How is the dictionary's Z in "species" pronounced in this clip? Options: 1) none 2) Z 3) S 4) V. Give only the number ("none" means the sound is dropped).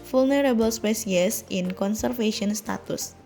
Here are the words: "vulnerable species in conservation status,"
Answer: 3